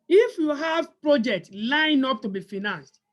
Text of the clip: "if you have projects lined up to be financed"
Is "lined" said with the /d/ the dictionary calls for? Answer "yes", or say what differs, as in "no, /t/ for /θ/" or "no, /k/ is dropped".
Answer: no, /d/ is dropped